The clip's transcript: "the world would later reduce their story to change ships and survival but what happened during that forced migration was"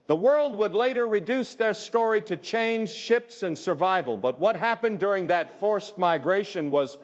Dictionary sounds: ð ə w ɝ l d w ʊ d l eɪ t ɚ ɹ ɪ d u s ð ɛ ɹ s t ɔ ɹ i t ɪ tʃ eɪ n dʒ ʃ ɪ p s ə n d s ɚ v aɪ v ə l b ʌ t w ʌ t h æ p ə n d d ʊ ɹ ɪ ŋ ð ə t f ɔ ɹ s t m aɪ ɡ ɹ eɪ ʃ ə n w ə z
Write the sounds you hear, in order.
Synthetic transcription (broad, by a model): ð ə w ɝ l d w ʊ d l eɪ t ɚ ɹ ɪ d u s ð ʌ ɹ s t ɔ ɹ i t ɪ tʃ eɪ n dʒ ʃ ɪ p s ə n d s ɚ v aɪ v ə l b ʌ t w ʌ t h æ p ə n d d ʊ ɹ ɪ ŋ ð ə t f ɔ ɹ s t m aɪ ɡ ɹ eɪ ʃ ə n w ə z